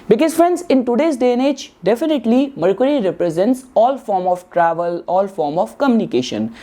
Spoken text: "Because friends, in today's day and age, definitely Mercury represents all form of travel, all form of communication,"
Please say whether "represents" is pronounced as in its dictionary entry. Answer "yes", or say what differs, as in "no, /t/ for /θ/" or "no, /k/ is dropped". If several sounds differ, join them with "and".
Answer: yes